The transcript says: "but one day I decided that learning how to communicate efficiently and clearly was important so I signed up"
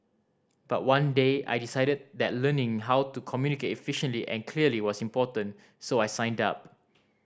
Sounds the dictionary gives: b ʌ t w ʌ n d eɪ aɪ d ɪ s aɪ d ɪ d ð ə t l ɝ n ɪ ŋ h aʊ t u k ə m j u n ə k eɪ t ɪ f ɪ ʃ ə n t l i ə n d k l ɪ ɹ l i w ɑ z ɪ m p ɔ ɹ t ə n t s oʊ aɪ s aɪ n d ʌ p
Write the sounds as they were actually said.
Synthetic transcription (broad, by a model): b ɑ t w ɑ n d eɪ aɪ d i s aɪ d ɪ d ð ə t l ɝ n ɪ ŋ h aʊ t u k ə m j u n ə k eɪ t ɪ f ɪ ʃ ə n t l i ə n k l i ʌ l i w ɑ s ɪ m p ɔ t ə n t s oʊ aɪ s aɪ n d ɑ p